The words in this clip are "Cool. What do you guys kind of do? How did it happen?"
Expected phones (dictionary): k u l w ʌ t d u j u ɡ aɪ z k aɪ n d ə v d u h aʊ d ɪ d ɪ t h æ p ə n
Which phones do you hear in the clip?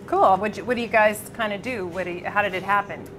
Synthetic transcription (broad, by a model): k u l w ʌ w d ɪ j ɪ ɡ aɪ z k aɪ n d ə w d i h aʊ d ɪ d ɪ t h æ p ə n